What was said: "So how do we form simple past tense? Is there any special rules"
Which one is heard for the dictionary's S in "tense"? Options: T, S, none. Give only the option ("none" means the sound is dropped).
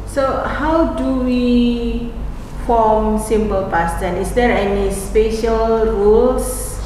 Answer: none